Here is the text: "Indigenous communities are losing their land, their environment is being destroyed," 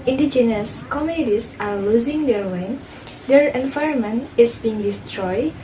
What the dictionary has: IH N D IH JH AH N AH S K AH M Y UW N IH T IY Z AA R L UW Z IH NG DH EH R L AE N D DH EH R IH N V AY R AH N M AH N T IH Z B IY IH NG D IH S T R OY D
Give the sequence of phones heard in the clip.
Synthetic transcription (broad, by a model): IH N D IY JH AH N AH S K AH M Y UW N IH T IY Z AA R L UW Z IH NG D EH R W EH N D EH R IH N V AY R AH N M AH N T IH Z B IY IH NG D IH S T R OY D